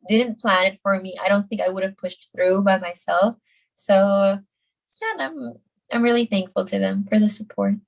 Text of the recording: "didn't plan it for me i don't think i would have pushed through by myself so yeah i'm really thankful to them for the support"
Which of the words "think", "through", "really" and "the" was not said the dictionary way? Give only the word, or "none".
none